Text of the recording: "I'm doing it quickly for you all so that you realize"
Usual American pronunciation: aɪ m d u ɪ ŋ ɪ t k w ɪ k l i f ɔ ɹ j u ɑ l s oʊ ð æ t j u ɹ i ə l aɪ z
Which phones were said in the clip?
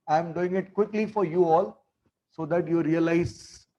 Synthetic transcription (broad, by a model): aɪ m d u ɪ ŋ ɪ t k w ɪ k l i f ɔ ɹ j u ɑ l s oʊ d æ t j u ɹ i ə l aɪ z